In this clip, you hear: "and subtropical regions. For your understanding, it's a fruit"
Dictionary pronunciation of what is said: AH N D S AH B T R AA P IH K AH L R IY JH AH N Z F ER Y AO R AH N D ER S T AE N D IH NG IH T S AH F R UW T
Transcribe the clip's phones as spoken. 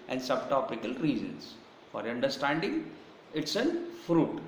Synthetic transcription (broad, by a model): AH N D S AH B T AA P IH K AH L R IY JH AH N S F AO R AH N D ER S T AE N D IH NG IH T S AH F R UW T